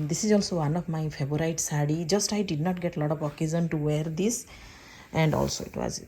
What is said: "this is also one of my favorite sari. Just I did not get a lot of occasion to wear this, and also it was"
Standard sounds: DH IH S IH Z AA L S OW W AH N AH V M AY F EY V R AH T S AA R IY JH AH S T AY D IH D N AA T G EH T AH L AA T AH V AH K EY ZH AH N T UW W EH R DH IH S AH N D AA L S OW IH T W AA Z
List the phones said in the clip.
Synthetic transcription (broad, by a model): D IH S IH Z AA L S OW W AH N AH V M AY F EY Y R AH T S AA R IY JH AH S T AY D IH D N AA T G EH T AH L AA T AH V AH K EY Z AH N T UW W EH R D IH S AH N D AA L S OW IH T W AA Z